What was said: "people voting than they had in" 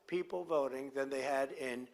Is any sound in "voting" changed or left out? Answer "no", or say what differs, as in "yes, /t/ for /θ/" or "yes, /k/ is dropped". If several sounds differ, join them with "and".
no